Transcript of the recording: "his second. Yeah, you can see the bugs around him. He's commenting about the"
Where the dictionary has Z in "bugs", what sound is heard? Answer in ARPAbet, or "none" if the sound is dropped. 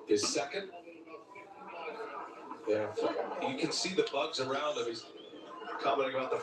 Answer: Z